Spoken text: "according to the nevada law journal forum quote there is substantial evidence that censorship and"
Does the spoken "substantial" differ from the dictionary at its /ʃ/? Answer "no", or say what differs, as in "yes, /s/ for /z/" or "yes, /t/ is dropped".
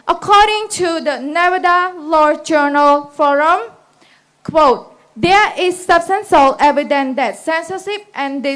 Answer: yes, /s/ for /ʃ/